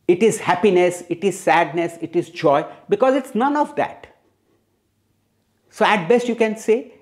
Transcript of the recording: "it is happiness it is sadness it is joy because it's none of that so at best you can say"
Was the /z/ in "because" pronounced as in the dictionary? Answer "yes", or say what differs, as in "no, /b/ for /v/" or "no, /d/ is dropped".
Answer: yes